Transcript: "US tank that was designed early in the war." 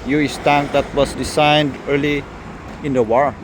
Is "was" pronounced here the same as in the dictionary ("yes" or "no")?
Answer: no